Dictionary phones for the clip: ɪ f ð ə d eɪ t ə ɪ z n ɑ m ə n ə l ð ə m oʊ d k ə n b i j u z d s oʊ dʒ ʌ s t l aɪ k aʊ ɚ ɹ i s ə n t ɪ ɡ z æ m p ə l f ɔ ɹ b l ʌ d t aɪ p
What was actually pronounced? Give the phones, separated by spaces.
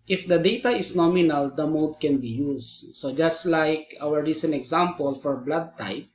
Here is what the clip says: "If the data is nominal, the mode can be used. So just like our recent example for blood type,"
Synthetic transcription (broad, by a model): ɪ f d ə d eɪ t ə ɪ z n ɑ m ə n ə l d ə m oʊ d k ə n b i j u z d s oʊ dʒ ʌ s t l aɪ k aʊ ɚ ɹ i s ə n t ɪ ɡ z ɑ m p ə l f ɔ ɹ b l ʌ d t aɪ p